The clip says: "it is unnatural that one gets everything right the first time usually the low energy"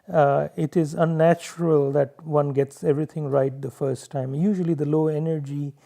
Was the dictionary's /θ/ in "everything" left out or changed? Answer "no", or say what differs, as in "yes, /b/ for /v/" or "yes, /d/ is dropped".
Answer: yes, /t/ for /θ/